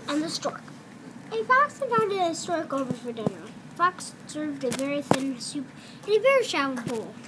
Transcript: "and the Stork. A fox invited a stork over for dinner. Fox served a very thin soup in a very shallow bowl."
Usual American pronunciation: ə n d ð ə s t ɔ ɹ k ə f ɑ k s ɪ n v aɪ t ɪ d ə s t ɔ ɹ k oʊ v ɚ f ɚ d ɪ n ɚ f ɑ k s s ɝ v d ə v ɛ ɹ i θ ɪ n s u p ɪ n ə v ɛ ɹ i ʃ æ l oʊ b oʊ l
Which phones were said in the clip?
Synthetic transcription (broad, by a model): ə n ð ə s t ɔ ɹ k ə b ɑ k s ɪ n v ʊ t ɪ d ə s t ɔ ɹ k oʊ v ɚ f ɚ d ɪ n ɚ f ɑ k s s ɝ v d ə v ɛ ɹ i θ ɪ n s u p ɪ v ɛ ɹ i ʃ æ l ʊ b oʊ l